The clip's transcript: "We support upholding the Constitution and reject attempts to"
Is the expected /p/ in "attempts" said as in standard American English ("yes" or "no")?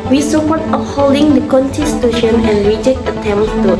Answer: no